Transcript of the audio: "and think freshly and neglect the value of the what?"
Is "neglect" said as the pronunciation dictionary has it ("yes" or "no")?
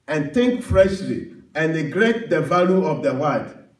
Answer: no